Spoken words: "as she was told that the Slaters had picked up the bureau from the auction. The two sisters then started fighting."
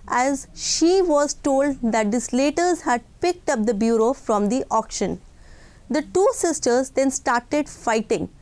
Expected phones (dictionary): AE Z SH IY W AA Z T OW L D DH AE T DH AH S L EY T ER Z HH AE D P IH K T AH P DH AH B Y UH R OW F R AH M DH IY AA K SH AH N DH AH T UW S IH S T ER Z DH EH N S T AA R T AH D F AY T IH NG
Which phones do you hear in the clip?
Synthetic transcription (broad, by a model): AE Z SH IY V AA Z T OW L D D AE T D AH S L EY T ER Z HH AE D P IH K T AH P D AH B Y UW R OW F R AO M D IY AA K SH AH N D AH T UW S IH S T ER Z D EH N S T AA R T AH D F AY T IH NG